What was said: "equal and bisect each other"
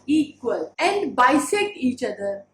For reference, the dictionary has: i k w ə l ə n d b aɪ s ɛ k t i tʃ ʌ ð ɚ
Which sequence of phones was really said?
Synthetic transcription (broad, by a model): i k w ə l ə n d b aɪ s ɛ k i tʃ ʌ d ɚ